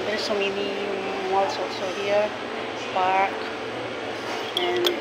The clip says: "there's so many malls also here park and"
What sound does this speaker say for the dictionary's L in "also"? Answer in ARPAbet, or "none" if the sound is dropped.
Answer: none